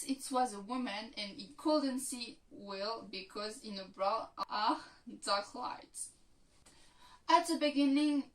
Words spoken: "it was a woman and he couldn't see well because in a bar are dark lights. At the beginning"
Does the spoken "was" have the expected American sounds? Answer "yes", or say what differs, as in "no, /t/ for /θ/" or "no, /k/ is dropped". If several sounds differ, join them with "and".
yes